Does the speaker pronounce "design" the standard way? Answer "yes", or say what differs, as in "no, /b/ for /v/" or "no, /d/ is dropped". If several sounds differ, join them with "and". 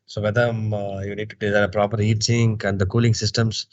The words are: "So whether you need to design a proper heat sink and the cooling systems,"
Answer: no, /n/ is dropped